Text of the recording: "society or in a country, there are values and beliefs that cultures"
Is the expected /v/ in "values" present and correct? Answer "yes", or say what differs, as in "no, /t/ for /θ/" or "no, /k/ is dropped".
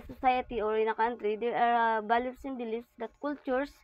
no, /b/ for /v/